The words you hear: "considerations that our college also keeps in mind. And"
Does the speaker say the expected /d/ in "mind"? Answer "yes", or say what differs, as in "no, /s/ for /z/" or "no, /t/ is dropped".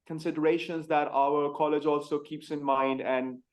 yes